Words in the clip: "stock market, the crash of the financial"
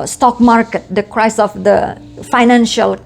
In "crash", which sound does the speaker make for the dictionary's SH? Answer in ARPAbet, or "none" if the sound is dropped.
S